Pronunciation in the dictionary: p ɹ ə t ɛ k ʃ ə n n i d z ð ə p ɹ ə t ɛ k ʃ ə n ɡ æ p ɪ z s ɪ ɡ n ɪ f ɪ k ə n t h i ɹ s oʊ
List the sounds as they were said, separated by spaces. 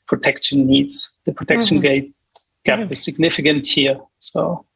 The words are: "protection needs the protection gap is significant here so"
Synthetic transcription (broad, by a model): p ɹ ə t ɛ k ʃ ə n n i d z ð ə p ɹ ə t ɛ k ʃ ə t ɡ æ b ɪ s ɪ ɡ n ɪ f ɪ k ə n t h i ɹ s oʊ